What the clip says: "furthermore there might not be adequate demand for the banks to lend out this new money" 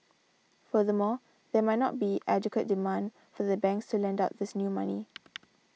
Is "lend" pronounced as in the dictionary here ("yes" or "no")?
yes